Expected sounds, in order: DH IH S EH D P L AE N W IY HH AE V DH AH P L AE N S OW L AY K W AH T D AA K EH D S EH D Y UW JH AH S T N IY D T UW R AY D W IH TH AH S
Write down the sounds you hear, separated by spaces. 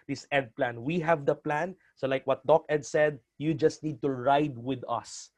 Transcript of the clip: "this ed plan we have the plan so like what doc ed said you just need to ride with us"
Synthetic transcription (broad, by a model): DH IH S EH D P L AE N W IY HH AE V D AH P L AE N S OW L AY K W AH T D AA K EH D S EH D Y UW JH AH S T N IY D T UW R AY D W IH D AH S